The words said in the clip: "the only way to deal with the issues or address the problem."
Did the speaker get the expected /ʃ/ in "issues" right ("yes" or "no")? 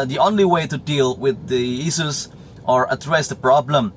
no